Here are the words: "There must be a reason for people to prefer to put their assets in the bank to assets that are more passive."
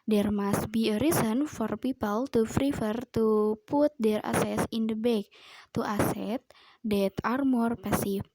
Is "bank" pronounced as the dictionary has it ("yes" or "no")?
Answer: no